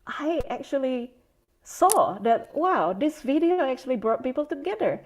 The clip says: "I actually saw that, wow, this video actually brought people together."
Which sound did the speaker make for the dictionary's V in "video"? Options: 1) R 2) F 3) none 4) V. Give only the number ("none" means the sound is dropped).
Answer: 4